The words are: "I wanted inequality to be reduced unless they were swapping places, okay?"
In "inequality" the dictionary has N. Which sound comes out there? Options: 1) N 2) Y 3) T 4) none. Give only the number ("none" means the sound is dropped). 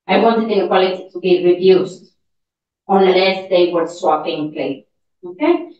4